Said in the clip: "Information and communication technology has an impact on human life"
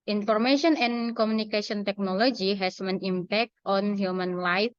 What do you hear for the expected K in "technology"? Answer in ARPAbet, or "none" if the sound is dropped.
K